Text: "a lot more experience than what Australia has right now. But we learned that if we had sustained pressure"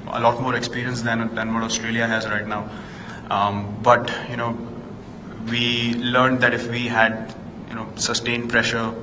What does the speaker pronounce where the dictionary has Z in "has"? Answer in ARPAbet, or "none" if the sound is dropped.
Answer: Z